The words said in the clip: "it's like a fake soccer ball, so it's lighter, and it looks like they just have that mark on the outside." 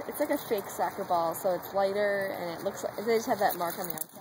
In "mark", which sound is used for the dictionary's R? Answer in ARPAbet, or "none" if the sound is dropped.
R